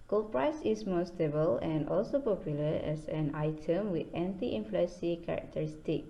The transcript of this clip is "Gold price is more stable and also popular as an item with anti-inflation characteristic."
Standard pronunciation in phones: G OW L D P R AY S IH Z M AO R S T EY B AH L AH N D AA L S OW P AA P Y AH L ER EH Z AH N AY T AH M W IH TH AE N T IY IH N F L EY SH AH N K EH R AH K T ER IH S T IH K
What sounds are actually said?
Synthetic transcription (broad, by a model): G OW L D P R AY S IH S M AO S T EY B AH L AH N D AA L S OW P AA P Y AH L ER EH S AH N AY T AH M W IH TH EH N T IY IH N F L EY S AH K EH R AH K T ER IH S T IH K